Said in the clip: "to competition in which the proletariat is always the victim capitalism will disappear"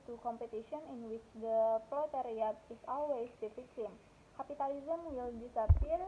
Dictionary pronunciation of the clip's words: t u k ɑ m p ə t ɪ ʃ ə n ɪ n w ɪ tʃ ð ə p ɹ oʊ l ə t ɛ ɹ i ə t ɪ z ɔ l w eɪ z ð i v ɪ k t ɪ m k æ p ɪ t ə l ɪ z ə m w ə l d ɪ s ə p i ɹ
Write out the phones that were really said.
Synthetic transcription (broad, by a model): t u k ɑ m p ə t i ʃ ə n ɪ n w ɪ tʃ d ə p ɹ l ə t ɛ ɹ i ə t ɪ s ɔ l w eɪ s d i f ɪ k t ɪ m k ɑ p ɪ t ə l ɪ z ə m w ə l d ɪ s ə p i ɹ